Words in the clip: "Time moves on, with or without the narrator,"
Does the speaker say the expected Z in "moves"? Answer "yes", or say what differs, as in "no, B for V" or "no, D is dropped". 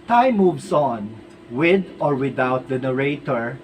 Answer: no, S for Z